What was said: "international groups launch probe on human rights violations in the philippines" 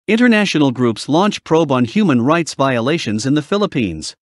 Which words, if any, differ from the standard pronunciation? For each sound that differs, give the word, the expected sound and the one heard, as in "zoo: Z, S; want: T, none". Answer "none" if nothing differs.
none